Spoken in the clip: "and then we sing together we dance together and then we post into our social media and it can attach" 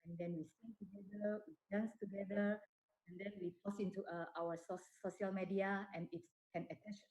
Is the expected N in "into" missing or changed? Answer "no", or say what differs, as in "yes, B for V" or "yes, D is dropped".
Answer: yes, N is dropped